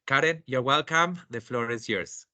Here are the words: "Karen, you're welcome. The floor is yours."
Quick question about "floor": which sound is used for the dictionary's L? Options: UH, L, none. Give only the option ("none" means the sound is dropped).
L